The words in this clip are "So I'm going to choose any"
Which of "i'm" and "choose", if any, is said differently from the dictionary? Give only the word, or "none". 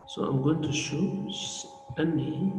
choose